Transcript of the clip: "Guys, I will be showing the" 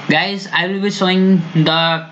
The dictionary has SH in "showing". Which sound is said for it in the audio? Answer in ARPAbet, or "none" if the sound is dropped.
S